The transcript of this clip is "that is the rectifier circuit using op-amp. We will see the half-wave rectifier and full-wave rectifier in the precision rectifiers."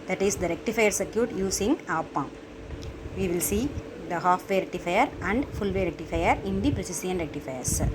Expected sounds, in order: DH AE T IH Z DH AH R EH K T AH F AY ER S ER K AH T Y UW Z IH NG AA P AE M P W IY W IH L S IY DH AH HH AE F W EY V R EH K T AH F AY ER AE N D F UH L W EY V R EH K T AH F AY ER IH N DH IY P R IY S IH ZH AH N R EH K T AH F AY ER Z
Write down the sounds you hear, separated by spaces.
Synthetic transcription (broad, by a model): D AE T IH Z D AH R EH K T AH F AY ER S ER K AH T Y UW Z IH NG AA P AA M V IY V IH L S IY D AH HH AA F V EY R EH K T AH F AY ER AE N D F UH L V EY R EH K T AH F AY ER IH N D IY P R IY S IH S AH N R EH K T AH F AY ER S